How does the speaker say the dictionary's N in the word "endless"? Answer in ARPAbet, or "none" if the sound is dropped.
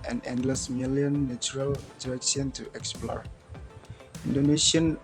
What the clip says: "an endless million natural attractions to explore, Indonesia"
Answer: N